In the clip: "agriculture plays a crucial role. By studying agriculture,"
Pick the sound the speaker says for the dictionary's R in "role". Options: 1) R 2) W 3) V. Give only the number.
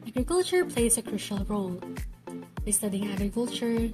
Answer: 1